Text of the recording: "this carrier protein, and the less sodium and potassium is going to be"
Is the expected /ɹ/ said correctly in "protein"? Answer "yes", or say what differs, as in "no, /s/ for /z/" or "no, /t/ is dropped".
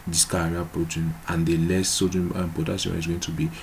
yes